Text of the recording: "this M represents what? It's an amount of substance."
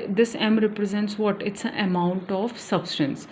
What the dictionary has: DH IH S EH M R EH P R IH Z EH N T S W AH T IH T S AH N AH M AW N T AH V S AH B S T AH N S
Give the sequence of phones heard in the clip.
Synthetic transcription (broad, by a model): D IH S EH M R EH P R IH Z EH N T S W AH T IH T S AH N AH M AW N T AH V S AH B S T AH N S